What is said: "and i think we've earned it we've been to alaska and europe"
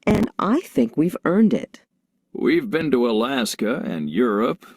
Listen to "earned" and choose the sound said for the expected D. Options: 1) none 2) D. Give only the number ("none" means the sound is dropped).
2